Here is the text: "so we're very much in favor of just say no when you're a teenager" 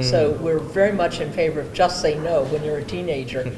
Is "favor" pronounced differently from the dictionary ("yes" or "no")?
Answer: no